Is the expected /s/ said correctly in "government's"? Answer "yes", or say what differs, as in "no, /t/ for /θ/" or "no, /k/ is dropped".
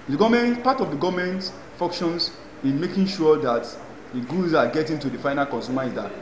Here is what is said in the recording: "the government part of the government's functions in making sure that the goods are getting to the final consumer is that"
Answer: no, /s/ is dropped